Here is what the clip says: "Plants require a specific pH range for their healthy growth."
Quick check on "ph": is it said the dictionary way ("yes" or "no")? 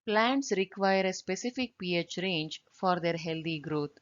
yes